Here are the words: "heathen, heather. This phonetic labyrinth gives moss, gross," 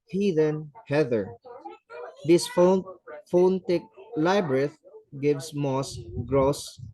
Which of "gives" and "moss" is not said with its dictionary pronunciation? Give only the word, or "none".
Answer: gives